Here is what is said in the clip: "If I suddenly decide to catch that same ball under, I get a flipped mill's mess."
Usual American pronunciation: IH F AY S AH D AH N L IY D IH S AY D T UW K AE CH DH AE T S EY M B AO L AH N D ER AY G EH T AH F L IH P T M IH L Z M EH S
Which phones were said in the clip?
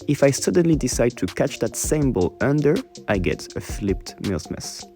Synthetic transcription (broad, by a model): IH F AY S AH D AH N L IY D IH S AY D T UW K AE CH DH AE T S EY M B AO L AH N D ER AY G EH T AH F L IH P T M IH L S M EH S